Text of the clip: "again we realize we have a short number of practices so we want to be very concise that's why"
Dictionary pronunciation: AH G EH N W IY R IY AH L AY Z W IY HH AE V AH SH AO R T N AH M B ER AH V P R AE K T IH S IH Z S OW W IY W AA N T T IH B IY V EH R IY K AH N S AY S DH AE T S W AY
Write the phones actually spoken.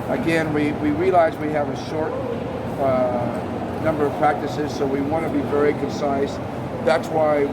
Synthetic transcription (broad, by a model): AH G EH N W IY R IY AH L AY Z W IY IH V AH SH AO R T N AH M B ER AH V P R AE K T IH S IH Z S OW W IY W AA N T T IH B IY V EH R IY K AH N S AY S DH AE T S W AY